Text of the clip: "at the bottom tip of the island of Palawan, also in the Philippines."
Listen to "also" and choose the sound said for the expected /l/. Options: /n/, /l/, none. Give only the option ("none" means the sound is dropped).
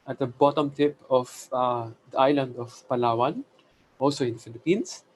/l/